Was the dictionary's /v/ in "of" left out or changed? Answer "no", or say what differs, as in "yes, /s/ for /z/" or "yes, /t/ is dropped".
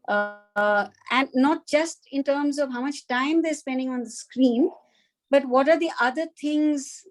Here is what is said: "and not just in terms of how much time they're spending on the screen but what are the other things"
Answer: no